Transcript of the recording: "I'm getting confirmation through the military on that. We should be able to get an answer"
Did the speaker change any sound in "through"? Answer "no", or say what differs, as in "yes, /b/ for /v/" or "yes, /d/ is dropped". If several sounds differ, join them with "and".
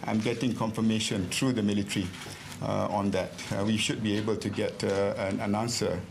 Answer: yes, /t/ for /θ/